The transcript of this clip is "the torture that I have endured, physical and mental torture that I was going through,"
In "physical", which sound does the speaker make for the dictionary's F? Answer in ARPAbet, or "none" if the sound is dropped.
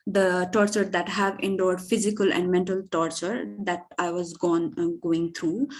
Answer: F